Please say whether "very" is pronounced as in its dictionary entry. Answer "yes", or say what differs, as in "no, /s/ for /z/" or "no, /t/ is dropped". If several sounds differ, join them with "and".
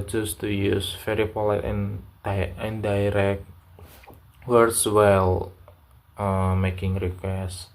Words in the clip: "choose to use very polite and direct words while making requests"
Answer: no, /f/ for /v/